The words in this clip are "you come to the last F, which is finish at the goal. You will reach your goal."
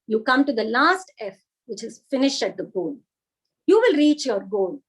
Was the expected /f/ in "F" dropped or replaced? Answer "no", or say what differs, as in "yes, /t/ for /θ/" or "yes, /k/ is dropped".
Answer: no